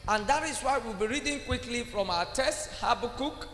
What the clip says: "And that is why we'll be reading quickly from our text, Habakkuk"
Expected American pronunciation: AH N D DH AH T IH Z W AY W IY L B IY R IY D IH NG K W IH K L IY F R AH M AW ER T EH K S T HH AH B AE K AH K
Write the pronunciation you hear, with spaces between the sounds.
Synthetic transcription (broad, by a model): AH N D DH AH T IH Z W AY W IY L B IY R IY D IH NG K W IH K L IY F R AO M AW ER T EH S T HH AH B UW K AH K